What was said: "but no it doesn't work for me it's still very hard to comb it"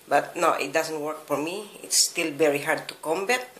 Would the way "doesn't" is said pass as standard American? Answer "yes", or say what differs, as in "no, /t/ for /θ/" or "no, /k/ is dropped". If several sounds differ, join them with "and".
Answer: no, /s/ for /z/